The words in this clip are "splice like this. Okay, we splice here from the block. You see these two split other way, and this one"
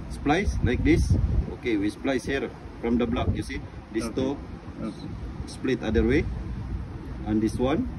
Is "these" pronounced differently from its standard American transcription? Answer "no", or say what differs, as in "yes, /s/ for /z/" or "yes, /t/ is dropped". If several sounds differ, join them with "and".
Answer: yes, /s/ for /z/